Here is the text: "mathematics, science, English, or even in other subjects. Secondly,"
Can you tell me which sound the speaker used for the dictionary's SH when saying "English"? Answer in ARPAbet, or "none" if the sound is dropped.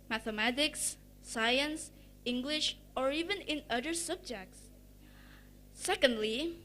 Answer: SH